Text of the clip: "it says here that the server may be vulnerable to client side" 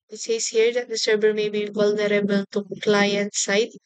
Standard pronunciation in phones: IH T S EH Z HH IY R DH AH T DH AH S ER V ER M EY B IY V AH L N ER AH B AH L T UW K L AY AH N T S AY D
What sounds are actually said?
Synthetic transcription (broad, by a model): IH T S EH S HH IY R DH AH T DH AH S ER B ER M EY B IY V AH L N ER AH B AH L T UW K L AY AH N T S AY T